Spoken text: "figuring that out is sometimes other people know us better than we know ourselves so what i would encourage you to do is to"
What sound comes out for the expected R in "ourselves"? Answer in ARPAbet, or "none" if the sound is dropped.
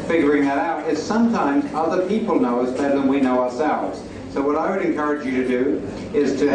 R